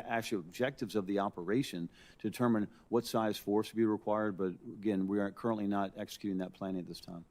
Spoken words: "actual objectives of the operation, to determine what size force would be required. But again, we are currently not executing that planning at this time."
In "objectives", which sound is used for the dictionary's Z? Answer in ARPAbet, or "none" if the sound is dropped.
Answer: Z